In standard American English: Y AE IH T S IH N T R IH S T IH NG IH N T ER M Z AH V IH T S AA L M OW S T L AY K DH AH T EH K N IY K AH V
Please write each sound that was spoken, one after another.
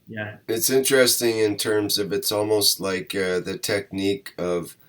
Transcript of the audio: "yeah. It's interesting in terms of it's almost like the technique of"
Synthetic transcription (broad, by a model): Y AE IH T S IH N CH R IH S T IH NG IH N T ER M Z AH V IH T S AA L M OW S T L AY K DH AH T EH K N IY K AH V